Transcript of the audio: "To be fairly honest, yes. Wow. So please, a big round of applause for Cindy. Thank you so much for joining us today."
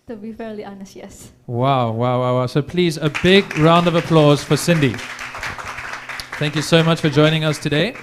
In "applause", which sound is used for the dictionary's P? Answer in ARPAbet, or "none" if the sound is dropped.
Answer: P